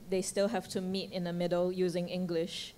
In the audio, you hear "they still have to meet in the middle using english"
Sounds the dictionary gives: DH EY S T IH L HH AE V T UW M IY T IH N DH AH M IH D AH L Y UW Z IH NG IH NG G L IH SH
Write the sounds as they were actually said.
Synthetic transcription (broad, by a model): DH EY S T IH L HH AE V T UW M IY T IH N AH M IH D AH L Y UW Z IH NG IH NG G L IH SH